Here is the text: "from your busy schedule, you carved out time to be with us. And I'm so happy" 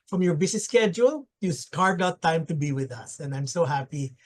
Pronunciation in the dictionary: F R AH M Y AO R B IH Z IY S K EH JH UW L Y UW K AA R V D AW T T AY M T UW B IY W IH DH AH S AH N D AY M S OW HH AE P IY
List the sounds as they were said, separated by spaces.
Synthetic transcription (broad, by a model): F R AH M Y AO R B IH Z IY S K EH JH UW L Y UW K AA R D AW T T AY M T UW B IY W IH DH AH S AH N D AY M S OW HH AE P IY